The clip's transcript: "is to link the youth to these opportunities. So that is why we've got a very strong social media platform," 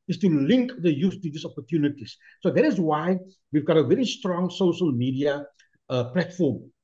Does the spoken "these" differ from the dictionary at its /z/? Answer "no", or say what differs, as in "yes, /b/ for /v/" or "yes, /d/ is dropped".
yes, /s/ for /z/